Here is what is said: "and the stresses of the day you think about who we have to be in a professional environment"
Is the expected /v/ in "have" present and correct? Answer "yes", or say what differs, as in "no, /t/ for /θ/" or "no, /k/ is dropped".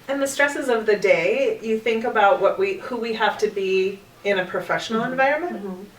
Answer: no, /f/ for /v/